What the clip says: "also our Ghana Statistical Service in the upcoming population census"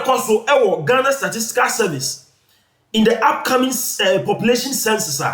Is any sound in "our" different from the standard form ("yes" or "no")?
yes